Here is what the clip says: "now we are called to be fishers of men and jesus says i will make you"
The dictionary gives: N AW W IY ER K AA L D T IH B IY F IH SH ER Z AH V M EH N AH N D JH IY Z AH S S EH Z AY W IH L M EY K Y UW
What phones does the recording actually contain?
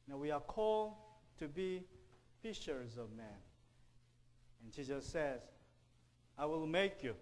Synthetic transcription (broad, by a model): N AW W IY ER K AA L D T IH B IY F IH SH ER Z AH V M EH N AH N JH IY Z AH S S EH Z AY W IH L M EY K Y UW